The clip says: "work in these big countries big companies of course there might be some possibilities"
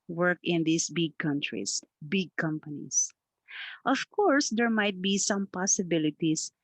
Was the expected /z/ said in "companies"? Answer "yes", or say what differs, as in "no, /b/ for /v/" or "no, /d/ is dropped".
no, /s/ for /z/